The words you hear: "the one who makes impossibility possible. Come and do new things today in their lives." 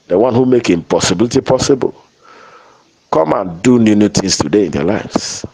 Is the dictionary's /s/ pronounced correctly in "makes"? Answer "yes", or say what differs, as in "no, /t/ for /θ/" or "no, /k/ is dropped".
no, /s/ is dropped